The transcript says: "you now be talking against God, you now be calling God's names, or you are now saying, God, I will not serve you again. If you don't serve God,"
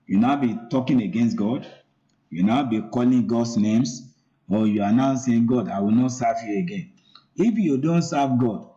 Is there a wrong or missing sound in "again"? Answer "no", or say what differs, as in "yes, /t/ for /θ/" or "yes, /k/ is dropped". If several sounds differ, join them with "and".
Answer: no